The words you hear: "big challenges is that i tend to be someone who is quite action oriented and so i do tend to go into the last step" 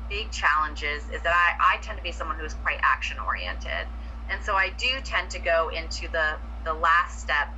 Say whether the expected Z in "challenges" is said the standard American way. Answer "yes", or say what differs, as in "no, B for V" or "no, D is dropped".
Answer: yes